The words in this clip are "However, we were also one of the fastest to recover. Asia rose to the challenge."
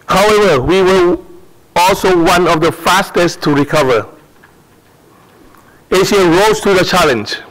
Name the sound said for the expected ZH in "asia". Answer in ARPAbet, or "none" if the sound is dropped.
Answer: SH